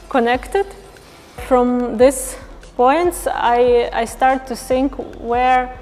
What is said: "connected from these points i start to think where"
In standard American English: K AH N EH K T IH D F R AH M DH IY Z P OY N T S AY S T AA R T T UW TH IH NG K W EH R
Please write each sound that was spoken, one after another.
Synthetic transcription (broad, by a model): K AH N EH K T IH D F R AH M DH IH S P OY N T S AY S T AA R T T UW TH IH NG K W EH R